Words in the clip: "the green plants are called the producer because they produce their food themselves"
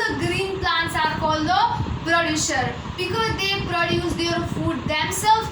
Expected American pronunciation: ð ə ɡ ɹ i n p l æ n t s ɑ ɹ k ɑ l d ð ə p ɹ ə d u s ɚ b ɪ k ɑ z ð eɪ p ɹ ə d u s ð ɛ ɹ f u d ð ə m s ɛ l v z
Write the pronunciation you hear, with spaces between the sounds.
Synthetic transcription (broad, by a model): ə ɡ ɹ i n p l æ n t s ɑ ɹ k ɑ l d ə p ɹ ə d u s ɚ b ɪ k ɑ z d eɪ p ɹ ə d u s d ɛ ɹ f u d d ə m s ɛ l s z